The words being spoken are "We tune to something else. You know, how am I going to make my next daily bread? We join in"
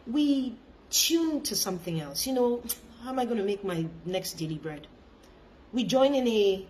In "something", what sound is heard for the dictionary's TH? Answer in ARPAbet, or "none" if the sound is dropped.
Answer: TH